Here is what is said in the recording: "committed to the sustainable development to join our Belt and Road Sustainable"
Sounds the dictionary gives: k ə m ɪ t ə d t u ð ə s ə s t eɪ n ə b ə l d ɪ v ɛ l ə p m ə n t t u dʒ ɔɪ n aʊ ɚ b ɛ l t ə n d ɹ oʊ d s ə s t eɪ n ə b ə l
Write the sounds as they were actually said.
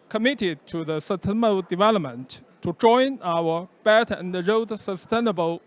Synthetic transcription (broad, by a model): k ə m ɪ t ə d t u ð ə s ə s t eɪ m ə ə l d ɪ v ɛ l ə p m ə n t t u dʒ ɔɪ n aʊ ɚ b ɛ t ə n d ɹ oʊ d s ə s t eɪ n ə b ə l